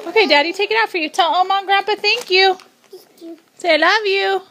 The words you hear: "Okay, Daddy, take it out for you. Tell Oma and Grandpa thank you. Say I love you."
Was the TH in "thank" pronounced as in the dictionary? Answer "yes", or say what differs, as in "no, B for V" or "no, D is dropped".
yes